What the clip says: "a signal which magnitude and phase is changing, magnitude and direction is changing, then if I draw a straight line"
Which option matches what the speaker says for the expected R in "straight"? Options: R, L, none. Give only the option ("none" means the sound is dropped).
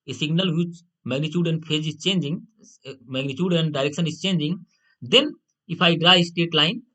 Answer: none